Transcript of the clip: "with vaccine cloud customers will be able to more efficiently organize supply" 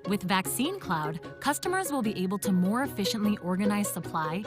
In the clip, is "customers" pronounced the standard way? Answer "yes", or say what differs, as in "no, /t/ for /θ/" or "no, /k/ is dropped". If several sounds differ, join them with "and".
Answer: yes